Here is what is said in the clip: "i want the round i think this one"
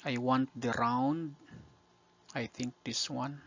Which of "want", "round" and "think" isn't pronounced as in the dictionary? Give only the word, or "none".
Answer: none